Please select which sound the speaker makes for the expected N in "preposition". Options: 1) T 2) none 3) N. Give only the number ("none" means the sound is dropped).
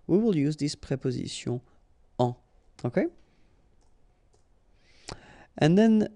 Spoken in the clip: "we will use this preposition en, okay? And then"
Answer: 2